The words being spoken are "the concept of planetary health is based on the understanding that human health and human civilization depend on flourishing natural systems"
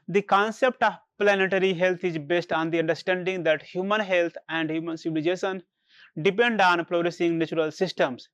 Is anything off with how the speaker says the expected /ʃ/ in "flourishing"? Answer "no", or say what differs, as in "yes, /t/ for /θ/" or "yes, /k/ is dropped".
yes, /s/ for /ʃ/